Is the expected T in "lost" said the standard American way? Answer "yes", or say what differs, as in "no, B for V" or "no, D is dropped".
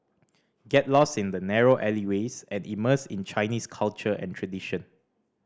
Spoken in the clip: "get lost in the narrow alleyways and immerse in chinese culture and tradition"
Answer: no, T is dropped